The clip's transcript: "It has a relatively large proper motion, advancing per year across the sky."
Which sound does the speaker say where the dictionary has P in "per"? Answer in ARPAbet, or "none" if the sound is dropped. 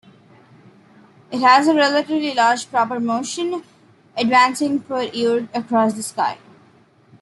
F